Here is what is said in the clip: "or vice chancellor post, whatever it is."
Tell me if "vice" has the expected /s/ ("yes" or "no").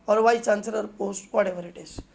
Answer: no